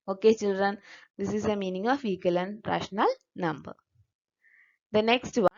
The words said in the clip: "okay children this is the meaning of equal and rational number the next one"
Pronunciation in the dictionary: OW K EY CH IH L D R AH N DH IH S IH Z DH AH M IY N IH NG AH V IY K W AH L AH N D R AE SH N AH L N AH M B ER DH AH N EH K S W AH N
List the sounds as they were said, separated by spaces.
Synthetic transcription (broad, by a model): OW K EY CH IH L D R AH N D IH S IH Z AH M IY N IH NG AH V IY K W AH L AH N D R AE SH N AH L N AH M B ER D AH N EH K S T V